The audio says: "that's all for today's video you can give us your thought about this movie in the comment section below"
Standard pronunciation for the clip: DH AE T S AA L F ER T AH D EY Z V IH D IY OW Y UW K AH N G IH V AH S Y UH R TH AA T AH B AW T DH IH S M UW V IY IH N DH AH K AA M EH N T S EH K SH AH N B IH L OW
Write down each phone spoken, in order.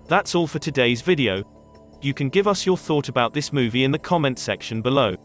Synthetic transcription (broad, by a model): DH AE T S AA L F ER T AH D EY Z V IH D IY OW Y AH K AH N G IH V AH S Y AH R TH AA T AH B AW T DH IH S M UW V IY IH N DH AH K AA M EH N T S EH K SH AH N B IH L OW